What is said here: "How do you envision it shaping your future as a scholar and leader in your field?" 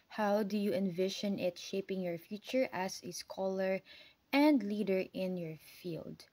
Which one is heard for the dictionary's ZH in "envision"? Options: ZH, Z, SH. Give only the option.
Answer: SH